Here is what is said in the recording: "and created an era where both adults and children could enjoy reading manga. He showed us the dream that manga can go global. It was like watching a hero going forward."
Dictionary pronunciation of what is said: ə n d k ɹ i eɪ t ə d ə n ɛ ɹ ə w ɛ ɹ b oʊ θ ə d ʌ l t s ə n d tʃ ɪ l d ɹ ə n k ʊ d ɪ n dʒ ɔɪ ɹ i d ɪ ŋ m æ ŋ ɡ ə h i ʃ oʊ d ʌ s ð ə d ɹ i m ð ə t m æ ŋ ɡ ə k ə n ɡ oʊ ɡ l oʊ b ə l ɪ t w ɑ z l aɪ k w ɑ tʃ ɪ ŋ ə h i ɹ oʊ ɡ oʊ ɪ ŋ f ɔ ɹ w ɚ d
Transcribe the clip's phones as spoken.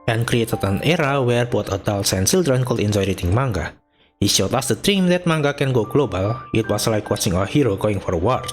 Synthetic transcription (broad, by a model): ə n k ɹ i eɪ t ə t ə n ɛ ɹ ə w ɛ ɹ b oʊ t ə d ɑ l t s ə n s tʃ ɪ l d ɹ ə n k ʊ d ɪ n dʒ ɔɪ ɹ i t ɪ ŋ m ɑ ŋ ɡ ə h i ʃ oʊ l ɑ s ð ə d ɹ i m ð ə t m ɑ ŋ ɡ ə k ə n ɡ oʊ ɡ l oʊ b ə l ɪ t w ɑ s l aɪ k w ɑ s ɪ ŋ ə h i ɹ oʊ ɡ oʊ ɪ ŋ f ɔ ɹ w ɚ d